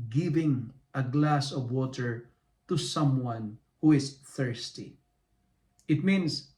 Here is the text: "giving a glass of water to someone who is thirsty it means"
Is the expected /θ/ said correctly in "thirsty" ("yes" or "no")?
yes